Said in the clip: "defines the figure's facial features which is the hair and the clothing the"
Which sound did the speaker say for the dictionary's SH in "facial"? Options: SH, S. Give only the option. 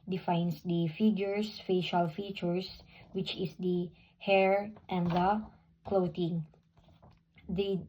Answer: SH